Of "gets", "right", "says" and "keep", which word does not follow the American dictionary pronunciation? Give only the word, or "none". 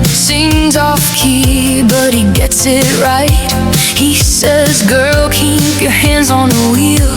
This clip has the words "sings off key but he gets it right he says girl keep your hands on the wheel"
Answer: none